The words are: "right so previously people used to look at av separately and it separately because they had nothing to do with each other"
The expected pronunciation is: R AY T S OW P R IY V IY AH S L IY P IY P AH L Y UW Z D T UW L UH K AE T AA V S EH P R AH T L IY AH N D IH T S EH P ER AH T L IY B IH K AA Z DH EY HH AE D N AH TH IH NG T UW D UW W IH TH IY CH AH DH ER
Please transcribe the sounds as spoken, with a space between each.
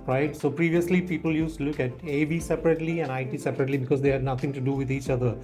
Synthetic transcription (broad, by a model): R AY T S OW P R IY V IY AH S L IY P IY P AH L Y UW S T UW L UH K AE T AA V S EH P R AH T L IY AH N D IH T S EH P ER AH T L IY B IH K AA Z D EY HH AE D N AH T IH NG T UW D UW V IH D IY CH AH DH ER